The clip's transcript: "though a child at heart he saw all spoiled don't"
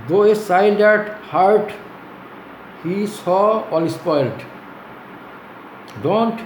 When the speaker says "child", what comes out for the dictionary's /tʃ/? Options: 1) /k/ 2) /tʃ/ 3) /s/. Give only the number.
3